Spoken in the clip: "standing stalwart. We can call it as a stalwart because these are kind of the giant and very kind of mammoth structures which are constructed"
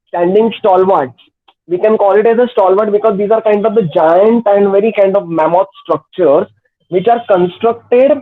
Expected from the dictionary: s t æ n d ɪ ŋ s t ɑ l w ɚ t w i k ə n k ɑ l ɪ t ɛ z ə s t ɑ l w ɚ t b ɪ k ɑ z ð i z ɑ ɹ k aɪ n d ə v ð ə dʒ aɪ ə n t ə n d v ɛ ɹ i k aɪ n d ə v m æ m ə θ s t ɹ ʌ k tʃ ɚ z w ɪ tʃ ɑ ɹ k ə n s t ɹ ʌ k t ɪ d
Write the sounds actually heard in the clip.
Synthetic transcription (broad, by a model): s t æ n d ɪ ŋ s t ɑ l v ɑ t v i k ə n k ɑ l ɪ t ɛ z ə s t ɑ l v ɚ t b ɪ k ɑ z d i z ɑ ɹ k aɪ n d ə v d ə dʒ aɪ ə n t ə n d v ɛ ɹ i k aɪ n d ə v m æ m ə t s t ɹ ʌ k tʃ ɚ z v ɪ tʃ ɑ ɹ k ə n s t ɹ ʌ k t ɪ d